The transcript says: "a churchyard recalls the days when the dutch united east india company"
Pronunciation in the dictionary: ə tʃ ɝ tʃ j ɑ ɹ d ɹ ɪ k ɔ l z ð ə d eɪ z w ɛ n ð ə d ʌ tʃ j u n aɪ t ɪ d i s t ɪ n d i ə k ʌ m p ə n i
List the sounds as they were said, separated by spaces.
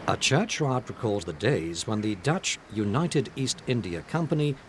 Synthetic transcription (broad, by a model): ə tʃ ɝ tʃ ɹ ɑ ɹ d ɹ ɪ k ɔ l z ð ə d eɪ z w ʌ n ð ə d ʌ tʃ j u n aɪ t ɪ d i s t ɪ n d i ə k ʌ m p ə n i